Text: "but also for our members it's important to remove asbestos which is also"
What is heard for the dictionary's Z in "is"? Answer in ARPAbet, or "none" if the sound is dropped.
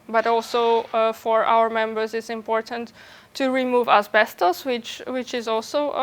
Z